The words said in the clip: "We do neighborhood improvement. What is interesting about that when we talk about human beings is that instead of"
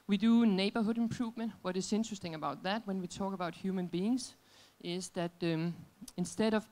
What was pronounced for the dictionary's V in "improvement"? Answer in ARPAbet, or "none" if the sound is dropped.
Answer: V